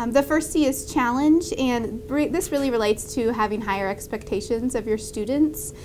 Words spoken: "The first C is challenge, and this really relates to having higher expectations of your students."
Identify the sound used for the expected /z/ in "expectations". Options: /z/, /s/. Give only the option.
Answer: /z/